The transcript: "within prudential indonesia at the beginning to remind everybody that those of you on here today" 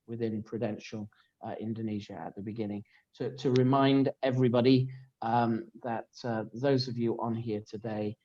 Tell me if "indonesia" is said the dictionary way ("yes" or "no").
yes